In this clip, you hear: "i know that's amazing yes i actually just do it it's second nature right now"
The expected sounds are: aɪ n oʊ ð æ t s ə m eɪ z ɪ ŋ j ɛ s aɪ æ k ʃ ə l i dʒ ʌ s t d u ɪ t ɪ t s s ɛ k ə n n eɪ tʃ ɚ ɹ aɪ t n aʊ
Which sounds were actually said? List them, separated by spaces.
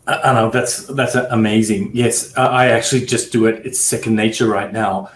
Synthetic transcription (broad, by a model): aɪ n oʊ ð æ t s ə m eɪ z ɪ ŋ j ɛ s aɪ æ k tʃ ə l i dʒ ʌ s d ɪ ɪ t ɪ t s s ɛ k ə n n eɪ tʃ ɚ ɹ aɪ t n aʊ